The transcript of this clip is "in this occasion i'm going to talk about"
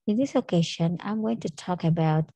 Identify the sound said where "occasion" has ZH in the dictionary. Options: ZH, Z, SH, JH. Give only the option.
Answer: SH